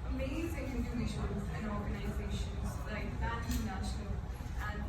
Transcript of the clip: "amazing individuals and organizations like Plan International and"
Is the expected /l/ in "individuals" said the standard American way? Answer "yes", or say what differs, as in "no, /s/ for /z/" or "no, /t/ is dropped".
no, /l/ is dropped